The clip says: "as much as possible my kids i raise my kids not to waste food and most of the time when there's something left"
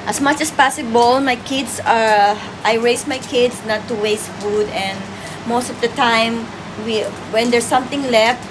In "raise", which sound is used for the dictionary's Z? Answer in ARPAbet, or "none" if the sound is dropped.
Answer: S